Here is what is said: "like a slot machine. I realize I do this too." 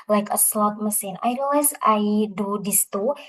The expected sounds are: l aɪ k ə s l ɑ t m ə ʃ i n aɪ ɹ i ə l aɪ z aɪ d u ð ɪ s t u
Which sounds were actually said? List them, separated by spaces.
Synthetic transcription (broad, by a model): l aɪ k ə s l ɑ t m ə s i n aɪ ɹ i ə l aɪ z aɪ d u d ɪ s t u